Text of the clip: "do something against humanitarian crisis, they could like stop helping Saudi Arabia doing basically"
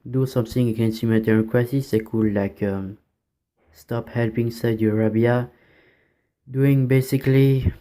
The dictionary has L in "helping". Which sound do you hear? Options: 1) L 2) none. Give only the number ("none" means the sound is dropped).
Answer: 1